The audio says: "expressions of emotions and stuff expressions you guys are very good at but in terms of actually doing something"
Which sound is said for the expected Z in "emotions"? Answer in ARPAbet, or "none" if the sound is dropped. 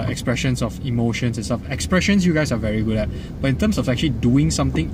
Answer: S